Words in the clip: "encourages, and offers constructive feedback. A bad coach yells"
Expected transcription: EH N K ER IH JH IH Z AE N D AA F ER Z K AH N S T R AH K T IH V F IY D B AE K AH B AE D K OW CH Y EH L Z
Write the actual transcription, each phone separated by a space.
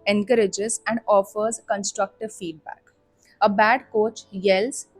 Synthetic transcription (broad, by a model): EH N K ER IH JH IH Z AE N D AA F ER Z K AH N S T R AH K T IH V F IY D B AE K AH B AE D K OW CH Y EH L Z